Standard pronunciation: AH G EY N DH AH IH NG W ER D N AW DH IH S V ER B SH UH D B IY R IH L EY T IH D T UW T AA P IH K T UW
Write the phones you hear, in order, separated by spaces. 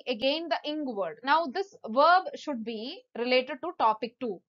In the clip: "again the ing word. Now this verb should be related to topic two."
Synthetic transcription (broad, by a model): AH G EY N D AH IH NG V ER D N AW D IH S V ER B SH UH D B IY R IH L EY T IH D T UW T AA P IH K T UW